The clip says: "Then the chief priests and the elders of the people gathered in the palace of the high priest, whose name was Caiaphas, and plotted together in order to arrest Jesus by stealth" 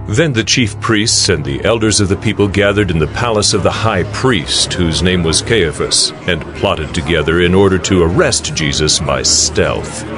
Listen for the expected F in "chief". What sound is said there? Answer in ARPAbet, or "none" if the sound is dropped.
F